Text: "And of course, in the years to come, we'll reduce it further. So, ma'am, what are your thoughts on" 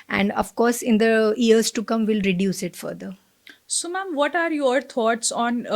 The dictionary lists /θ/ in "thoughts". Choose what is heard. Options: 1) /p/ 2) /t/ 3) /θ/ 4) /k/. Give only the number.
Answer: 2